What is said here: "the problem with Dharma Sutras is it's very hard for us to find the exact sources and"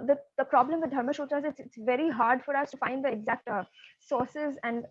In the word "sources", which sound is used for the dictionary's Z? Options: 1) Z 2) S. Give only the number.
1